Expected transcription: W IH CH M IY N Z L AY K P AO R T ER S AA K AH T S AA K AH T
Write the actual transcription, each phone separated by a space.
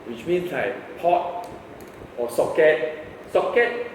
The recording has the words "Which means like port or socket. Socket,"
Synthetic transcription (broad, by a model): W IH CH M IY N S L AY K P AO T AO S AA K AH T S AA K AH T